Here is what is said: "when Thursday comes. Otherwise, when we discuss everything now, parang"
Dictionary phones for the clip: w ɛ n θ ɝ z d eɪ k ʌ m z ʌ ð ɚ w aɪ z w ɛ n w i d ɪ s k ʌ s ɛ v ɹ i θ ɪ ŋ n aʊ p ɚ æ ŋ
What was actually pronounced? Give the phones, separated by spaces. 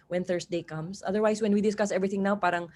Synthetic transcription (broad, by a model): w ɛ n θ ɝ s d eɪ k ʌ m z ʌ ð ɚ w aɪ s w ɛ n w i d ɪ s k ʌ s ɛ v ɹ i θ ɪ ŋ n aʊ p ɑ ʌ ŋ